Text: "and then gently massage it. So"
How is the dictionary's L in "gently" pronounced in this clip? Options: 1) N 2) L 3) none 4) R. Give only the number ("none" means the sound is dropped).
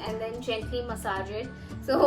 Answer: 3